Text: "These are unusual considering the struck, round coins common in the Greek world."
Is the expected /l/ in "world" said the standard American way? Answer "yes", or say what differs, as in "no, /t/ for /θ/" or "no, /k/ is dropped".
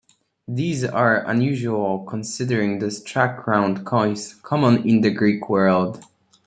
yes